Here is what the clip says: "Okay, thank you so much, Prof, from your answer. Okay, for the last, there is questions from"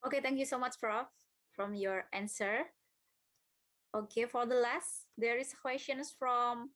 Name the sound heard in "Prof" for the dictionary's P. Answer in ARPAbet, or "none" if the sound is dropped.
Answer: F